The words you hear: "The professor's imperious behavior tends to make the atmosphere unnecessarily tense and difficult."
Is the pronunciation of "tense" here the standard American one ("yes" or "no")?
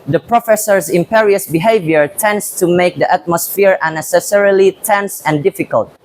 yes